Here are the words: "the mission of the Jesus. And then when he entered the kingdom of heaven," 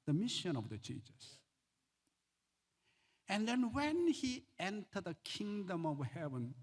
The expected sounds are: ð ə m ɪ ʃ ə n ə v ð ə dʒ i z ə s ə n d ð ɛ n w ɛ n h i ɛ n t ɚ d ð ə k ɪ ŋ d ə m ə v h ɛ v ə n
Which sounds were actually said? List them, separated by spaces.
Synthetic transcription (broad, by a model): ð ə m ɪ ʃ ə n ə v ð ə tʃ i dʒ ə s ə n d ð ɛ n w ɛ n h i ɛ n t ɚ d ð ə k ɪ ŋ d ə m ə v h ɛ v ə n